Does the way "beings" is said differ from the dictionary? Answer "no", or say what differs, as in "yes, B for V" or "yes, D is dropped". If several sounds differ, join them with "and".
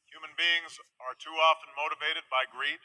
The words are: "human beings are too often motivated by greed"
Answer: no